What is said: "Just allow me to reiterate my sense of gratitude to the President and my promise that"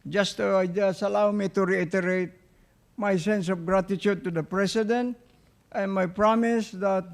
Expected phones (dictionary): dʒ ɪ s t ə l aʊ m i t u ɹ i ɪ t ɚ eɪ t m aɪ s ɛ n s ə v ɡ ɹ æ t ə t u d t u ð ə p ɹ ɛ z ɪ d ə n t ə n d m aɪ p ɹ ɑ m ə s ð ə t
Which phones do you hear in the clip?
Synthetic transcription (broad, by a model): dʒ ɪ s t ə l aʊ m i t u ɹ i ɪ t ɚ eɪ t m aɪ s ɛ n s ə f ɡ ɹ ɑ t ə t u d t u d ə p ɹ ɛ s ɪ d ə n t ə n m aɪ p ɹ ɑ m ə s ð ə t